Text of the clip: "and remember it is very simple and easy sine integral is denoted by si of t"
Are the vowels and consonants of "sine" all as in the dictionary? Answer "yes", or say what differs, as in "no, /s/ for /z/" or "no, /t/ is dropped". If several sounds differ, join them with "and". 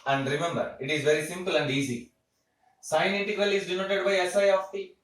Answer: no, /n/ is dropped